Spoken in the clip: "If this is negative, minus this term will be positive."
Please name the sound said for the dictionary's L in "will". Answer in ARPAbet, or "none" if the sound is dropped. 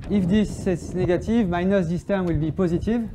L